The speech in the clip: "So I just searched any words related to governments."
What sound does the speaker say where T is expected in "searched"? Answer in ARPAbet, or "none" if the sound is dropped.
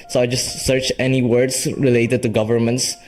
none